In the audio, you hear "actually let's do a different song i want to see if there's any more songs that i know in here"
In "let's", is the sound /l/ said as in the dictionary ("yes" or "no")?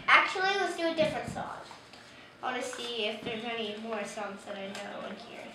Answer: no